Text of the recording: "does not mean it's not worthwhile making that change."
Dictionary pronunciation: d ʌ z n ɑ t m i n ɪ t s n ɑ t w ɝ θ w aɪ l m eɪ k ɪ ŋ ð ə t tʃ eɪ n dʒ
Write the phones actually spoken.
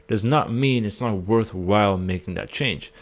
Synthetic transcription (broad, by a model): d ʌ z n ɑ t m i n ɪ t s n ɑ t w ɝ θ w aɪ l m eɪ k ɪ ŋ ð ə t tʃ eɪ n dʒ